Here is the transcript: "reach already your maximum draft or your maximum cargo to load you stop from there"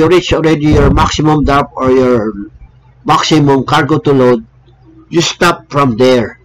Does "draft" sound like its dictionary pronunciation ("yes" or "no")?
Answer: no